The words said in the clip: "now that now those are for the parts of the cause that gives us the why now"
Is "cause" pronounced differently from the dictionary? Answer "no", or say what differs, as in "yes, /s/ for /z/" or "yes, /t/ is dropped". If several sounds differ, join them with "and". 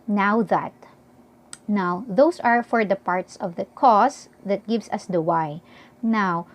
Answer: yes, /s/ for /z/